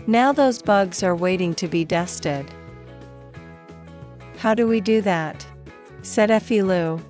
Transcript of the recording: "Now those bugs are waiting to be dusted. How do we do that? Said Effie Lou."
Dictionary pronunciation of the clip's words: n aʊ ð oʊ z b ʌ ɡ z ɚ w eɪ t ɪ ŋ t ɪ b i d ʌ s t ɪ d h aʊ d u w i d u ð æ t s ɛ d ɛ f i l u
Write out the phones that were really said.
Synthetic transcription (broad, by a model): n aʊ ð oʊ z b ʌ ɡ z ɚ w eɪ t ɪ ŋ t ɪ b i d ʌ s t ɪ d h aʊ d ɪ w i d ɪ ð æ t s ɛ d ɛ f i l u